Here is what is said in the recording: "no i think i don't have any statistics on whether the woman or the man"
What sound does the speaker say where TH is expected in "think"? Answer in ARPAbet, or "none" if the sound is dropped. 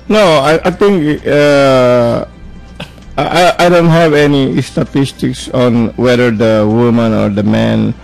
T